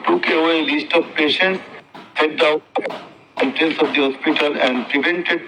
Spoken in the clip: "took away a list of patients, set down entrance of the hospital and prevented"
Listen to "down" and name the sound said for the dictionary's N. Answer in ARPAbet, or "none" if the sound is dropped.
none